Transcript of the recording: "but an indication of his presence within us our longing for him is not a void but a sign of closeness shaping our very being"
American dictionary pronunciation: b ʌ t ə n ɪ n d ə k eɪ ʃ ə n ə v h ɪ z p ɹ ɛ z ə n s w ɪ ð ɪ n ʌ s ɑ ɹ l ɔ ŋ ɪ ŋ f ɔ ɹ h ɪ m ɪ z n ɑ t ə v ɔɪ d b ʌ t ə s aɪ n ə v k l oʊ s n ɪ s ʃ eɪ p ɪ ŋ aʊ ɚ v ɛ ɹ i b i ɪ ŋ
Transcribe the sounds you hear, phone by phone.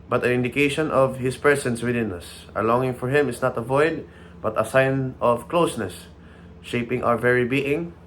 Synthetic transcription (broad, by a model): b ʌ t ə n ɪ n d ə k eɪ ʃ ə n ə v h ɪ s p ɹ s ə n s w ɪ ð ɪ n ʌ s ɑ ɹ l ɔ ŋ ɪ ŋ f ɔ ɹ h ɪ m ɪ s n ɑ t ə v ɔɪ d b ʌ t ə s aɪ n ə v k l oʊ s n ɪ s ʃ eɪ p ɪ ŋ aʊ ɚ v ɛ ɹ i b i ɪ ŋ